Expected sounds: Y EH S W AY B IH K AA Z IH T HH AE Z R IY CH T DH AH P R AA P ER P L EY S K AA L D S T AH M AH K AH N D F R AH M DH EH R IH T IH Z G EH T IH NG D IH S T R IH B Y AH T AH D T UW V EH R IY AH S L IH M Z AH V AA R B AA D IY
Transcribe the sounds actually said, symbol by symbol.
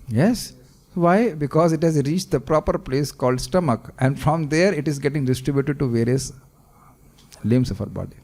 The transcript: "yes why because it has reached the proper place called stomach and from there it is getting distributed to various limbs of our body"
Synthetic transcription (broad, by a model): Y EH S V AY B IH K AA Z IH T HH AE Z R IY CH T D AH P R AA P ER P L EY S K AA L D S T AH M AH K AH N D F R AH M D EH R IH T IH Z G EH T IH NG D IH S T R IH B Y AH T AH D T UW V EH R IY AH S L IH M S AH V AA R B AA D IY